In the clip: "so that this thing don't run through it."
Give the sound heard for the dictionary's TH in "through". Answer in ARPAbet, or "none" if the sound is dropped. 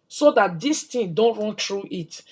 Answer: T